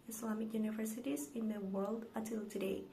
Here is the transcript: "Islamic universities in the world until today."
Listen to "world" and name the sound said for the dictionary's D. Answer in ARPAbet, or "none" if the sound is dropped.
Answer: D